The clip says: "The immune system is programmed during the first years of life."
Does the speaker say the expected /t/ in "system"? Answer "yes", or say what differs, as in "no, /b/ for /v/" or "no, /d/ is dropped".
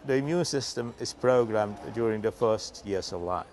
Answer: yes